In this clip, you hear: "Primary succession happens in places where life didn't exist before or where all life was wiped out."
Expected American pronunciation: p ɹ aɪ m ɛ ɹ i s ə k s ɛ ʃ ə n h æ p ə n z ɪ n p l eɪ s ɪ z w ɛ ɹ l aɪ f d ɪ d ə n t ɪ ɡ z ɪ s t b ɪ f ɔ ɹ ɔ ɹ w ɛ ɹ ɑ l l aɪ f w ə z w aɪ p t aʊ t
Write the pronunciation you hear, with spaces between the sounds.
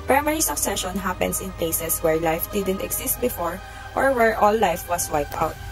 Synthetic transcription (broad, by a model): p ɹ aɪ m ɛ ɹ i s ə k s ɛ ʃ ə n h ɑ p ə n s ɪ n p l eɪ s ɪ s w ɛ ɹ l aɪ f d ɪ d ə n t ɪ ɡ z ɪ s t b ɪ f ɔ ɹ ɔ ɹ w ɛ ɹ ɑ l l aɪ f w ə s w aɪ p t aʊ t